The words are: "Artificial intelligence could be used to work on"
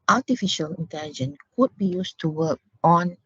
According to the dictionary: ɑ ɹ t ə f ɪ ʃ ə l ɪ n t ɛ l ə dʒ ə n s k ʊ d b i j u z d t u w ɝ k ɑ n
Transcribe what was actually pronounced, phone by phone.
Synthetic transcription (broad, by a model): ɑ t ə f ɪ ʃ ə l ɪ n t ɛ l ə dʒ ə n k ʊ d b i j u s t u w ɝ k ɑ n